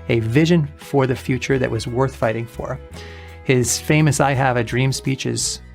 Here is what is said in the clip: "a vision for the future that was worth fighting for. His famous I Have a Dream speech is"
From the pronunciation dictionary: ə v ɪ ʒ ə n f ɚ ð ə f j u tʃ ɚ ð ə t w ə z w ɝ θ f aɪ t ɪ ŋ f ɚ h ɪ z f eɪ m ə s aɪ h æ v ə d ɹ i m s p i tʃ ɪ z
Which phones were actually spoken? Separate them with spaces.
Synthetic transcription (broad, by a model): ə v ɪ ʒ ə n f ɚ ð ə f j u tʃ ɚ ð ə t w ə z w ɝ θ f aɪ t ɪ ŋ f ɚ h ɪ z f eɪ m ə s aɪ h æ v ə d ɹ i m s p i tʃ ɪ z